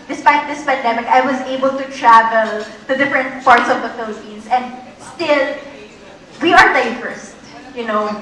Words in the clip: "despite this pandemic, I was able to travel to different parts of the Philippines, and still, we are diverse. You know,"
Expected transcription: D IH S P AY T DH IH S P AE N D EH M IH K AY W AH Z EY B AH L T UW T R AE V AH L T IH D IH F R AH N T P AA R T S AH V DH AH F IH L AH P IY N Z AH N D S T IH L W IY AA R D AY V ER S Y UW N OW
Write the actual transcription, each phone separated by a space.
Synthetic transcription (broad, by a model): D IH S P AY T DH IH S P AE N D EH M IH K AY W AH Z EY B AH L T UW T R AE V AH L T IH D IH F R AH N T P AA R T S AH V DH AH F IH L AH P IY N S AH N D S T IH L W IY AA R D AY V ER S Y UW N OW